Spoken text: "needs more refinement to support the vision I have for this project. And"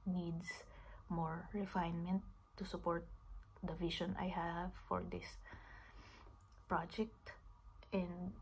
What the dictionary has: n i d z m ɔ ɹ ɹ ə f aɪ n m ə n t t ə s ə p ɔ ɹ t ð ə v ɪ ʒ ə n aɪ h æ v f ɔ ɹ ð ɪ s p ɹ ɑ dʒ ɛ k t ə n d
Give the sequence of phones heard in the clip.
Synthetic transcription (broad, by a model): n i d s m ɔ ɹ ɹ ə f aɪ n m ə n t t ə s ə p ɔ ɹ t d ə v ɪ ʃ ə n aɪ h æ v f ɔ ɹ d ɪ s p ɹ ɑ dʒ ɛ k t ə n d